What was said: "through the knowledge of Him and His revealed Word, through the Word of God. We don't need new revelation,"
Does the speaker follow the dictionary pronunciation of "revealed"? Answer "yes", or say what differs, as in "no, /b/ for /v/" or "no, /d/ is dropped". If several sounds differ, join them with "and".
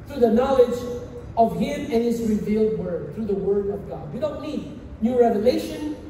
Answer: yes